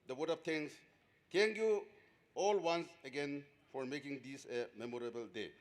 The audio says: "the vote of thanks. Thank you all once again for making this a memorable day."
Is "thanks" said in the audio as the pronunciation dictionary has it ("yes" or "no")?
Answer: no